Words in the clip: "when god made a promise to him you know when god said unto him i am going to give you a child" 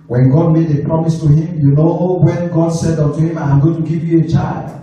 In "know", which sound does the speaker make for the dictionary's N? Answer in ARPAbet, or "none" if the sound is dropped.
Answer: N